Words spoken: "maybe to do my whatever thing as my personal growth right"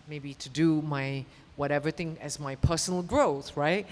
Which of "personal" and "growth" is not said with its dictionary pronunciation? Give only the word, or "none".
none